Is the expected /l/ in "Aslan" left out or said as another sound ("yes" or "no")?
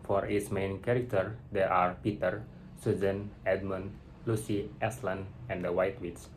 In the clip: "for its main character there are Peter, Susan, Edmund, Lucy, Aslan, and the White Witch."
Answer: no